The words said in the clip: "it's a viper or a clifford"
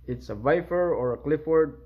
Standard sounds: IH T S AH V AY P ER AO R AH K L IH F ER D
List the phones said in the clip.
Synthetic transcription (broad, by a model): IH T S AH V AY F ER AO R AH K L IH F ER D